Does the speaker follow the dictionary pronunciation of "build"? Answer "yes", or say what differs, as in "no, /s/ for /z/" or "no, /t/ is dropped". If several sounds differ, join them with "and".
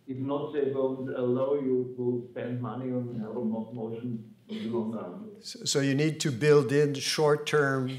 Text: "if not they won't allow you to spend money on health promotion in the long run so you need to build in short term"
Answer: yes